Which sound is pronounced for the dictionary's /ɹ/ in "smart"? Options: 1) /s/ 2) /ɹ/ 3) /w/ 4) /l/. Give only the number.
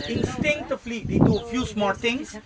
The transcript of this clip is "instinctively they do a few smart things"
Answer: 4